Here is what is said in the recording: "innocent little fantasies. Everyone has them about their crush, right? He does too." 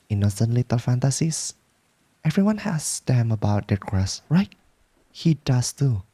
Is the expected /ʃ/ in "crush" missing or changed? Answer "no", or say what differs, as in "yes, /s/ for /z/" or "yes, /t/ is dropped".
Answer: yes, /s/ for /ʃ/